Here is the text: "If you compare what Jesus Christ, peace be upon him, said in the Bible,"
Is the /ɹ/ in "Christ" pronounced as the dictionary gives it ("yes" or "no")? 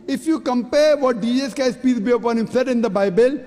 no